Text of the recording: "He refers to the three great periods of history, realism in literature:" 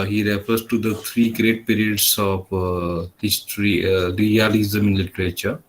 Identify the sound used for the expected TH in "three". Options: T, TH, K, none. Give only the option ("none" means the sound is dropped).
T